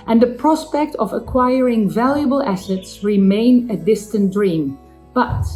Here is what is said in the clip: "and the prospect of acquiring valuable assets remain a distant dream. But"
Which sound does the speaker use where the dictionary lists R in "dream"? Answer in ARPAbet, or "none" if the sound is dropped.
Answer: R